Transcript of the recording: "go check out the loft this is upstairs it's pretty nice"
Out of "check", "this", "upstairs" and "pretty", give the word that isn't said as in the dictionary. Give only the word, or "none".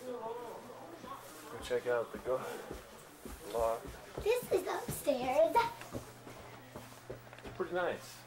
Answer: upstairs